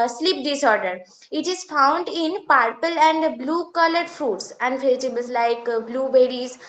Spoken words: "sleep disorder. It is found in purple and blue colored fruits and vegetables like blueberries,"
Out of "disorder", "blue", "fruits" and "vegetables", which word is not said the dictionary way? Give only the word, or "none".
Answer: vegetables